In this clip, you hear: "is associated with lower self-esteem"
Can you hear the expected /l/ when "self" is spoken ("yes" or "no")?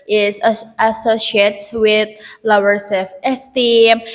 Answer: no